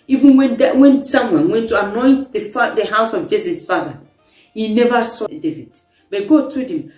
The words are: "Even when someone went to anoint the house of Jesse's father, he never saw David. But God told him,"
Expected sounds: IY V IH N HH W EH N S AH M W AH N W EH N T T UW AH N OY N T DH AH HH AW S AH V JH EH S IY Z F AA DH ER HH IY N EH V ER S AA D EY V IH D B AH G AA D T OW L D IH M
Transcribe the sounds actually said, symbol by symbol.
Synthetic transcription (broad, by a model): IY V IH N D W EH N S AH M W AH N W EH N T T UW AH N OY N T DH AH HH AW S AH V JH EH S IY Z F AA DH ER HH IY N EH V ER S AA D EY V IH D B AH G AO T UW D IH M